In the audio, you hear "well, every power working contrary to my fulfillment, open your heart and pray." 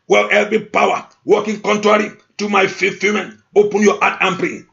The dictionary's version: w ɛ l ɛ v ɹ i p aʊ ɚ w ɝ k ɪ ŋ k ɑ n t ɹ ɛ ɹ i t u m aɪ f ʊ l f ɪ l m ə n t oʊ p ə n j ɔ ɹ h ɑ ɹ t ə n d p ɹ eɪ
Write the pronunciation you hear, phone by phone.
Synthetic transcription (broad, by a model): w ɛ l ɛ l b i p aʊ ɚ w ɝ k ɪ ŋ k ɑ n t ɹ ɛ ɹ i t u m aɪ f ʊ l f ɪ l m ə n oʊ p ə n j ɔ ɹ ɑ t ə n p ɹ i